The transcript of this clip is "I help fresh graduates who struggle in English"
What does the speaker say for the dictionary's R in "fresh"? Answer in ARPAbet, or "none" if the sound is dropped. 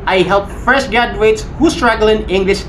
none